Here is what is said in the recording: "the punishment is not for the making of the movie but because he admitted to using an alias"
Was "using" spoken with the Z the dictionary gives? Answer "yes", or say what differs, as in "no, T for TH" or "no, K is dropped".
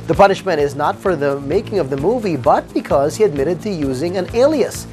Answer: yes